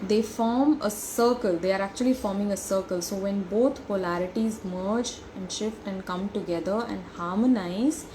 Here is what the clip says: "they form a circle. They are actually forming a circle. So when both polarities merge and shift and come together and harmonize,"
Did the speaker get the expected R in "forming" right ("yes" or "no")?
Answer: yes